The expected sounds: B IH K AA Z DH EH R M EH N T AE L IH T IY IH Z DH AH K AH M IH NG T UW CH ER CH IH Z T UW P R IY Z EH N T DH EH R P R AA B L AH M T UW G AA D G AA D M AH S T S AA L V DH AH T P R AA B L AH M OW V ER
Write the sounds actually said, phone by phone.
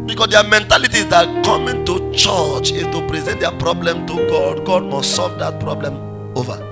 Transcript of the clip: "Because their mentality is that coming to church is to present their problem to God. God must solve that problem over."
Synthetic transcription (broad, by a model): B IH K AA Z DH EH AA M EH N T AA L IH T IY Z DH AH K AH M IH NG T UW CH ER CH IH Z T UW P R IY Z EH N T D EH P R AA B L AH M T UW G AA D G AA D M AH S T S AA L V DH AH T P R AA B L AH M OW V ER